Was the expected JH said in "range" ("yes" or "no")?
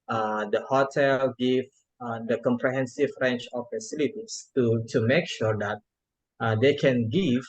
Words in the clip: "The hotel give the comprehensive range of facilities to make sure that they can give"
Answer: no